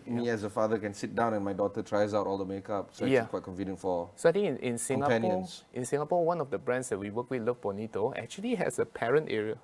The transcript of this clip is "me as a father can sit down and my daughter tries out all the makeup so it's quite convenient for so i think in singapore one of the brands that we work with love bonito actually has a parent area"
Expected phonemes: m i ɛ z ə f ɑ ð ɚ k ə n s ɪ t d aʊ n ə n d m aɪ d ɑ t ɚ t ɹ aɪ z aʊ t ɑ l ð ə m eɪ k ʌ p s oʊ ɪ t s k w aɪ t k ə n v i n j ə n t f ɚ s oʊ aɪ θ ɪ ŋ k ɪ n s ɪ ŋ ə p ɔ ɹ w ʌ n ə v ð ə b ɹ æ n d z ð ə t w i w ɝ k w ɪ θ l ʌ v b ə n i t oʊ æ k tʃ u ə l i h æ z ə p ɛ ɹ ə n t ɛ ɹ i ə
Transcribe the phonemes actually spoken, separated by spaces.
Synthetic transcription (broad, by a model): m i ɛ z ə f ɑ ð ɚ k ə n s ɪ t d aʊ n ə n m aɪ d ɑ t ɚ t ɹ aɪ z aʊ t ɑ l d ə m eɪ k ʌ p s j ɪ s k w aɪ t k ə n f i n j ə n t f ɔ s oʊ aɪ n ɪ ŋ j ɪ n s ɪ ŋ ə p ɔ w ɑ n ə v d ə b ɹ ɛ n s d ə t w i w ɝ k w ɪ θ l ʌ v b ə n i t oʊ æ k tʃ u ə l i h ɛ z ə p ɛ ɹ ə n t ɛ ɹ i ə